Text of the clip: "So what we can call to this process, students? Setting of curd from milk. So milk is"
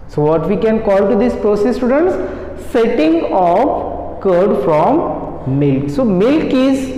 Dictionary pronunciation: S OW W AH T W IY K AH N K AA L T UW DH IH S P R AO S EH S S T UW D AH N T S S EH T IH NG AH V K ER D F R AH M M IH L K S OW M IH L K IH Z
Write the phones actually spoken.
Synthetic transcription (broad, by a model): S OW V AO T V IY K AH N K AA L T UW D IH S P R AO S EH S S T UW D AH N T S S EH T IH NG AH P K ER D F R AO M M IH L K S OW M IH L K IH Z